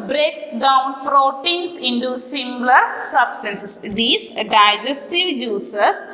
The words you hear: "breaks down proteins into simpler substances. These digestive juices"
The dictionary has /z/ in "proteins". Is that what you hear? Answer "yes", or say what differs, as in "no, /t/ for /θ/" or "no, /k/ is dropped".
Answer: no, /s/ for /z/